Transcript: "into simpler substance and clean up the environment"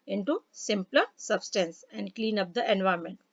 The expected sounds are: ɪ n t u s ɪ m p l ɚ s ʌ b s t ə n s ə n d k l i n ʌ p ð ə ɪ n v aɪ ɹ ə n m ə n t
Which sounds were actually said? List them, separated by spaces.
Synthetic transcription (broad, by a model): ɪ n t u s ɪ m p l ɚ s ʌ b s t ə n s ə n d k l i n ʌ p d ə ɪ n v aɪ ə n m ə n t